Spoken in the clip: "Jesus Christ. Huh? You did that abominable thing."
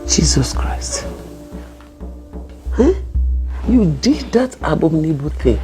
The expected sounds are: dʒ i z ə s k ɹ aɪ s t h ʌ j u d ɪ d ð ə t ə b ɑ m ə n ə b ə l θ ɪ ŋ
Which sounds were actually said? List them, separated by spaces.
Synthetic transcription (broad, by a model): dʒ i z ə s k ɹ aɪ s t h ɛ j u d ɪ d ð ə t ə b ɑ m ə n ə b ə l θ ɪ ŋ